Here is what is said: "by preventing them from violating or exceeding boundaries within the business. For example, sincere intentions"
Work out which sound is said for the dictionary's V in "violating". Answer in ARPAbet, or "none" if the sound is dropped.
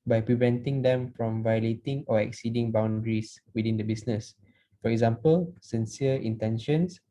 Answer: V